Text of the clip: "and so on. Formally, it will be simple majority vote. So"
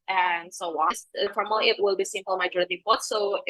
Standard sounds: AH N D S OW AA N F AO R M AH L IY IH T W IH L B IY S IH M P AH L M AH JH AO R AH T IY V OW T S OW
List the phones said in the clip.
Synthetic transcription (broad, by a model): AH N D S OW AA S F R AH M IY IH T W IH L B IY S IH M P AH L M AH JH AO R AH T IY P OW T S OW